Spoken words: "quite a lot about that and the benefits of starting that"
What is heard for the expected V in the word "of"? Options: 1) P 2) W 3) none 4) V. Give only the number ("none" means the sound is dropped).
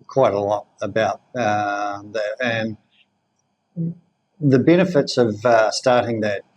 4